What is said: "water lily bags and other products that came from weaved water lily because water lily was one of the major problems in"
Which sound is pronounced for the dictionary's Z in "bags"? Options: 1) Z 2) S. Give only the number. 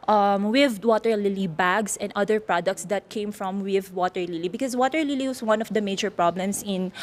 2